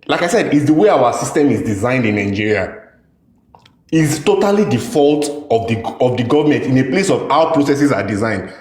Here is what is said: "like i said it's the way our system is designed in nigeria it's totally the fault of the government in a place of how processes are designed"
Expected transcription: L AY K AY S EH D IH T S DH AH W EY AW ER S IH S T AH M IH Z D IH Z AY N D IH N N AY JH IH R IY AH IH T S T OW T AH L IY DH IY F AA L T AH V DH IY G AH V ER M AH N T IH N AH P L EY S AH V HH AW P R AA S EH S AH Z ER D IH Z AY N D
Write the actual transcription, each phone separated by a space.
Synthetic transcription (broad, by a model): L AY K AY S EH D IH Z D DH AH W EY AW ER S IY S T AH M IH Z D IH Z AY N D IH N N AY JH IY R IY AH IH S T OW T AH L IY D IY F AA L T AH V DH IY G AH V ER M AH N T IH N AH P L EY S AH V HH AW P R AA S EH S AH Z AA D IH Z AY N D